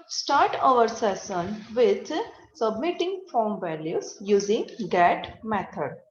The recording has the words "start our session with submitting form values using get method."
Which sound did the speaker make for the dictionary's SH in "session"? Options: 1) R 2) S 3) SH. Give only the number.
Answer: 2